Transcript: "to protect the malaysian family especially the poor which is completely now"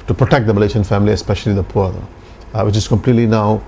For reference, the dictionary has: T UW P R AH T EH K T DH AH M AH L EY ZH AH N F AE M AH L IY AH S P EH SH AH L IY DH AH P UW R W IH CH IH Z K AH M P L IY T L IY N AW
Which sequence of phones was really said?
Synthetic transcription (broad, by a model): T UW P R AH T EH K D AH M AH L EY SH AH N F AE M AH L IY AH S P EH SH AH L IY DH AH P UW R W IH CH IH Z K AH M P L IY T L IY N AW